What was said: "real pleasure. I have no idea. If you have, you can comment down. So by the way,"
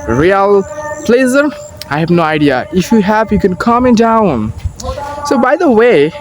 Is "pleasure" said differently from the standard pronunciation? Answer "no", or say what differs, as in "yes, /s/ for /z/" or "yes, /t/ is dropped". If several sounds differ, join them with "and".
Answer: yes, /z/ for /ʒ/